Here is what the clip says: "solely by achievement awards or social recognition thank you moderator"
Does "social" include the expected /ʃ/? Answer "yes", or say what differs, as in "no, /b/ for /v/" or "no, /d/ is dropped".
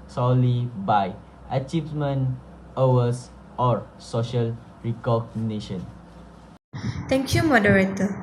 yes